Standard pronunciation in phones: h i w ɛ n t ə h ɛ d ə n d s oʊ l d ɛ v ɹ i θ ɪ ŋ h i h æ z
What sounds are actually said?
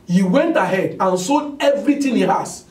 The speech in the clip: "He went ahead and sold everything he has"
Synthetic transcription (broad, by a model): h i w ɛ n t ə h ɛ d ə n s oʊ d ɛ v ɹ i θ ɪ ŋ h i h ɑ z